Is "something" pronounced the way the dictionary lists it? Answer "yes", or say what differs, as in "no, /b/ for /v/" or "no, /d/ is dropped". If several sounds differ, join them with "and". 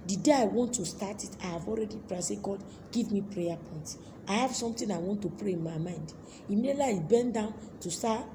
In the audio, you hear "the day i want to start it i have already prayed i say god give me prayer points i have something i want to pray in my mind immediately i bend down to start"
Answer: no, /t/ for /θ/